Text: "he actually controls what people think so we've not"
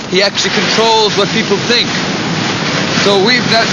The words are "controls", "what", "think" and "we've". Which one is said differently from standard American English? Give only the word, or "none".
none